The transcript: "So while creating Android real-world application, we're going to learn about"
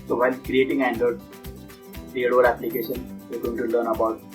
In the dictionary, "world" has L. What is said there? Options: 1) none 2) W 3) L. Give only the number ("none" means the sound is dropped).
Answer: 1